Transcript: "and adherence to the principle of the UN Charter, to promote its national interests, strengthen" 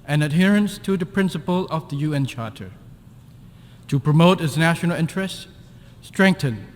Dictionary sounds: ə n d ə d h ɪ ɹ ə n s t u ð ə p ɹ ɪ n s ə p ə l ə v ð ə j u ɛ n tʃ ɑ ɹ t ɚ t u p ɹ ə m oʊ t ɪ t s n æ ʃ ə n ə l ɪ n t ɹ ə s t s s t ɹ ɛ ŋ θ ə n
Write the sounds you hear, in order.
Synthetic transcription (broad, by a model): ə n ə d h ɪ ɹ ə n s t u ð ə p ɹ ɪ n s ə p ə l ə v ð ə j u ɛ n tʃ ɑ ɹ t ɚ t u p ɹ ə m oʊ t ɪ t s n æ ʃ ə n ə l ɪ n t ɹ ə s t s s t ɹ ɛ ŋ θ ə n